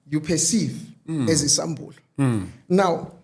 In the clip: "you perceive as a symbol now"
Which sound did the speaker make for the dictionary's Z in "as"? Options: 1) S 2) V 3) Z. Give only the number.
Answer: 3